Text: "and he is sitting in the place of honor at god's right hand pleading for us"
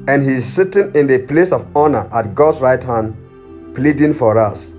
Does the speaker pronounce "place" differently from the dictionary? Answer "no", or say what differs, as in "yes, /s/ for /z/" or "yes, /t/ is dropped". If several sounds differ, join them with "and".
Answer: no